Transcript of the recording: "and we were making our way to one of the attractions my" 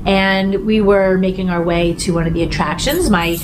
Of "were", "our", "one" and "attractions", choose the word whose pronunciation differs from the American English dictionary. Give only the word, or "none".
none